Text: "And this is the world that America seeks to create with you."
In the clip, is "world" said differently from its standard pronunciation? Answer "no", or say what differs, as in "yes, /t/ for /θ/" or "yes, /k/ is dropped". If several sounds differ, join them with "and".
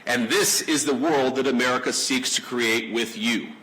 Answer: no